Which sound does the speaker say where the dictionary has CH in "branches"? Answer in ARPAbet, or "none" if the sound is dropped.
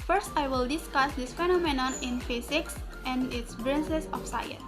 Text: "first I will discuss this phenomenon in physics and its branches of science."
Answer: S